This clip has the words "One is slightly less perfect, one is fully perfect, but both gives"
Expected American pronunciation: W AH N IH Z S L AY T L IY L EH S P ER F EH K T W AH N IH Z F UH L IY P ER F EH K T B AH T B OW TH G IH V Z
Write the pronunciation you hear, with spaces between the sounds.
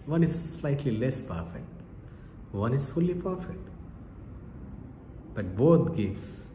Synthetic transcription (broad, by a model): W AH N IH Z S L AY T L IY L EH S P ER F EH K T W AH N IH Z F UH L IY P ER F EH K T B AH T B OW T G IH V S